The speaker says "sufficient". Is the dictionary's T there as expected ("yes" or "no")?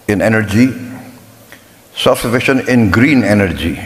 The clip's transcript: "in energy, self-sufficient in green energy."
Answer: no